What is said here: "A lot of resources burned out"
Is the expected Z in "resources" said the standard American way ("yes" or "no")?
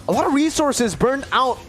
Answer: yes